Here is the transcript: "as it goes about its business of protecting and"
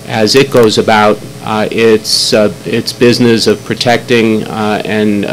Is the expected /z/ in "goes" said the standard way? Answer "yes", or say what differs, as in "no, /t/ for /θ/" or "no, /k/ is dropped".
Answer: yes